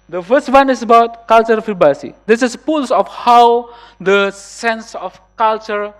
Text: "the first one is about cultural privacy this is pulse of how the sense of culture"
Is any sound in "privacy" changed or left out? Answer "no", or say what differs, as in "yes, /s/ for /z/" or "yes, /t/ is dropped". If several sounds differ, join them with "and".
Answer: yes, /b/ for /v/